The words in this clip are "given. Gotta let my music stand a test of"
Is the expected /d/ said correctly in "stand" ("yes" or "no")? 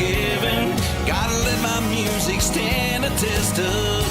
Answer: no